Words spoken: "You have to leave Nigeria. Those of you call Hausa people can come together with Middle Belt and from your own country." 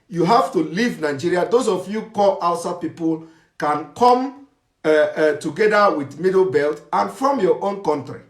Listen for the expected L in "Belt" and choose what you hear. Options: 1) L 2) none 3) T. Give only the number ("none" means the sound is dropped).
1